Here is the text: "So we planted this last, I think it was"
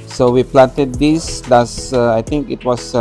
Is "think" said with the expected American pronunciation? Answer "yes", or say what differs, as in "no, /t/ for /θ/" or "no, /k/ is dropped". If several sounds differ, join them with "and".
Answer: no, /t/ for /θ/